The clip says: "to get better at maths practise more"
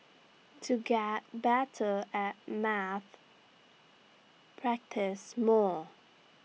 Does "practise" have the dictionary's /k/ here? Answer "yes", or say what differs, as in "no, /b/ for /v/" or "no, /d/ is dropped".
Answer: yes